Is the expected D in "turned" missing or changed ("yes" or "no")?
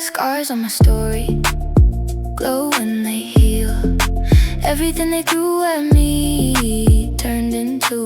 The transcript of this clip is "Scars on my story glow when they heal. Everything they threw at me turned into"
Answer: no